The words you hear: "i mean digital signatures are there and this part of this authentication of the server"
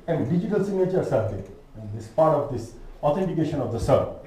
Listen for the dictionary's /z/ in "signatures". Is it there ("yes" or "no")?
no